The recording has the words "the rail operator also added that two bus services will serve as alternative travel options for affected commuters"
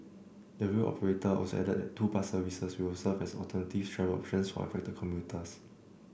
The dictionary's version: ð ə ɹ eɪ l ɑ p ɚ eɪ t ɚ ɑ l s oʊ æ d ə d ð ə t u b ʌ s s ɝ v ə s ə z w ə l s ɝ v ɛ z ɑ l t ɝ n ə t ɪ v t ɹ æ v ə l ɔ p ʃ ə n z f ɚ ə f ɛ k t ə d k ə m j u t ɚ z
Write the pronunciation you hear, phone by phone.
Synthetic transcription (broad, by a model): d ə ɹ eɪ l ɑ p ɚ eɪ t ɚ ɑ s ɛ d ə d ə t u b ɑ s s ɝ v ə s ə s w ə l s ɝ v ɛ s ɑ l t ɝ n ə t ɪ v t ɹ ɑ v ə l ɔ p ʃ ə n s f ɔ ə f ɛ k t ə k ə m j u t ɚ s